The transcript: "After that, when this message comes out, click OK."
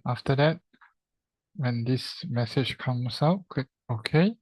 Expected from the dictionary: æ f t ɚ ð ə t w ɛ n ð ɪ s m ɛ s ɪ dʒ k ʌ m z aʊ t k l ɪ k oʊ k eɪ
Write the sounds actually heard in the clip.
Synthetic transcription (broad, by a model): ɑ f t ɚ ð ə t w ɛ n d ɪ s m ɛ s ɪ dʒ k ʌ m s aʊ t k ɪ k oʊ k eɪ